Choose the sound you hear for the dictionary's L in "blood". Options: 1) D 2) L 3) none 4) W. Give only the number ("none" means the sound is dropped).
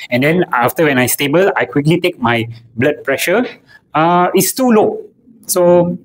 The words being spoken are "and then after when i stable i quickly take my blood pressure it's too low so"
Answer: 2